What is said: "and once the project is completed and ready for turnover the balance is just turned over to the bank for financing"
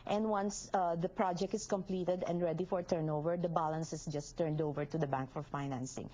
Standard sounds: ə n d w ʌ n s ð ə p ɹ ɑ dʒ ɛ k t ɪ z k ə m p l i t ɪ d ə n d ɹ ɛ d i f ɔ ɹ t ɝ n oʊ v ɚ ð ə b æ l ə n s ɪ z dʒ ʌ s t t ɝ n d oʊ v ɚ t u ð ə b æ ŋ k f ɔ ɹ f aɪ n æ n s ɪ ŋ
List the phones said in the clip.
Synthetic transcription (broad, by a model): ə n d w ʌ n s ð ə p ɹ ɑ dʒ ɛ k t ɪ s k ə m p l i t ɪ d ə n d ɹ ɛ d i f ɔ ɹ t ɝ n oʊ v ɚ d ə b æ l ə n s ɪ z dʒ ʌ s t t ɝ n d oʊ v ɚ t u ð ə b æ ŋ k f ɔ ɹ f aɪ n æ n s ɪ ŋ